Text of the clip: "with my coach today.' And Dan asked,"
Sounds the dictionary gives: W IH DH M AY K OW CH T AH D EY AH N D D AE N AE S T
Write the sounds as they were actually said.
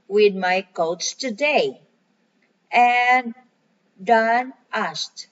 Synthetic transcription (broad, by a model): W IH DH M AY K OW S T AH D EY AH N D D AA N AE S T